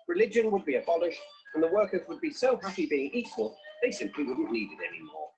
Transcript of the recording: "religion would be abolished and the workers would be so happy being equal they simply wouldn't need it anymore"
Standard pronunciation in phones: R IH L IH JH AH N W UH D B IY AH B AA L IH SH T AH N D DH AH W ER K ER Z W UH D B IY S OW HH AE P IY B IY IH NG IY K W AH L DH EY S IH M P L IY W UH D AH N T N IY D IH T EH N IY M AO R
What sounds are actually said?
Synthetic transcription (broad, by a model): R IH L IH JH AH N W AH D B IY AH B AA L IH SH T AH N DH AH W ER K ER Z W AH D B IY S OW HH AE P IY B IY IH NG IY K W AH L DH EY S IH M P L IY W UH D N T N IY D IH T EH N IY M AO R